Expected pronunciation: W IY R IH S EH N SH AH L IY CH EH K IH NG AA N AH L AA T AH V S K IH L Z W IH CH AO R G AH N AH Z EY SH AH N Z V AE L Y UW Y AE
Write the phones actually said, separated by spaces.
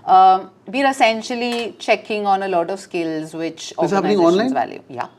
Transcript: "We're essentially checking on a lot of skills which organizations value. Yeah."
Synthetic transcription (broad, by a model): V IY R IH S EH N SH AH L IY CH EH K IH NG AA N AH L AA T AH V S K IH L Z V IH CH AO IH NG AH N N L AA AH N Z V AE L Y UW Y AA